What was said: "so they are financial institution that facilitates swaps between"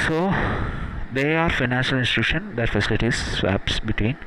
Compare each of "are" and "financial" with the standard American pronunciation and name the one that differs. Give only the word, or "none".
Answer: none